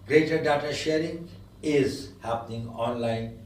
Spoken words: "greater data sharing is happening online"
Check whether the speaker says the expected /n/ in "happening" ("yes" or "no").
yes